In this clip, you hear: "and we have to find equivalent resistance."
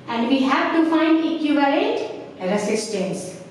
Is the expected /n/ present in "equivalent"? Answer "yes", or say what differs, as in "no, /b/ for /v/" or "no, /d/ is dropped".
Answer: no, /n/ is dropped